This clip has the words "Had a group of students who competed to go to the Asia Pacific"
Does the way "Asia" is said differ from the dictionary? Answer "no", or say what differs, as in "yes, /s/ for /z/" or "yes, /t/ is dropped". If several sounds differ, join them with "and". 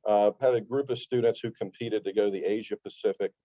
no